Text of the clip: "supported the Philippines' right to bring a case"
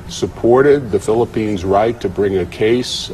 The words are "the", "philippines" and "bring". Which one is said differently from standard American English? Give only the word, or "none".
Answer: none